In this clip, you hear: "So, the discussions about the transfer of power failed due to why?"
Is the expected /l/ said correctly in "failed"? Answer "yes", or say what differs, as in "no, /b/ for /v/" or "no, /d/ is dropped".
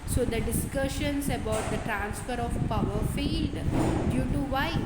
no, /l/ is dropped